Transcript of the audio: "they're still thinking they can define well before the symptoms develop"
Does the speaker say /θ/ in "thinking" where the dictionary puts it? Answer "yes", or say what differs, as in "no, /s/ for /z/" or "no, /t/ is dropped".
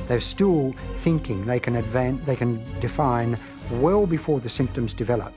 yes